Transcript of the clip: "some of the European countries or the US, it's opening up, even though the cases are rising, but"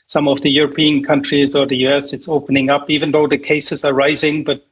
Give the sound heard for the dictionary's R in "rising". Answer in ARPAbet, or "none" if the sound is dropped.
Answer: R